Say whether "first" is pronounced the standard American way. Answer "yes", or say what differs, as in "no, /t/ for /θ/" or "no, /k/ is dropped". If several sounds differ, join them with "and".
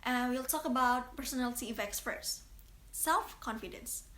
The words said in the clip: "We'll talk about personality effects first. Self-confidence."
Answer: no, /p/ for /f/ and /s/ is dropped